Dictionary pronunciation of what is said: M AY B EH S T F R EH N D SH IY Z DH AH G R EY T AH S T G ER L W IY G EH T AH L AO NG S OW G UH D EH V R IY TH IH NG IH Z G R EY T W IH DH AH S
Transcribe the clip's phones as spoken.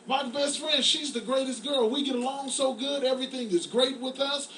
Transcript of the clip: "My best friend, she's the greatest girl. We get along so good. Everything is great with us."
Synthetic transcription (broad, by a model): M AY B EH S T F R EH N D SH IY Z DH AH G R EY T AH S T G ER L W IY G EH T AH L AO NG S OW G UH D EH V R IY TH IH NG IH Z G R EY T W IH DH AH S